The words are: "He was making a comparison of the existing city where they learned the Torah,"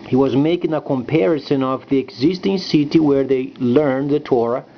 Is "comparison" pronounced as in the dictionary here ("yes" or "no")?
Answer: yes